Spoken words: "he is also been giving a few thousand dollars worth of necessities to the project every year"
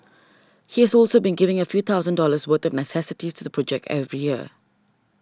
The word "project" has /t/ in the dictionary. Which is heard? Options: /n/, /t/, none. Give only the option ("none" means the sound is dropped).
/t/